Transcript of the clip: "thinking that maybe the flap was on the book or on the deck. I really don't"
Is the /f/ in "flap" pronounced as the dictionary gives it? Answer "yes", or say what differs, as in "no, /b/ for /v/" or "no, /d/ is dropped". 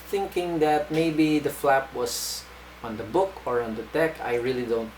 yes